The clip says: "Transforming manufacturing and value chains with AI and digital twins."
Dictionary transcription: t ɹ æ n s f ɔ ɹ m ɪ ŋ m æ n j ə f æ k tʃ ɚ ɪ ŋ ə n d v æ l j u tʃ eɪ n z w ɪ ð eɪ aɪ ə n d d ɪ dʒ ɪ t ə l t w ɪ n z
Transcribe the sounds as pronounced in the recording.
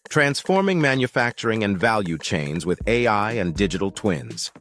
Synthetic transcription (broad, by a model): t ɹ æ n s f ɔ ɹ m ɪ ŋ m æ n j ə f æ k tʃ ɚ ɪ ŋ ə n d v æ l j u tʃ eɪ n z w ɪ ð eɪ aɪ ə n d d ɪ dʒ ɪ t l t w ɪ n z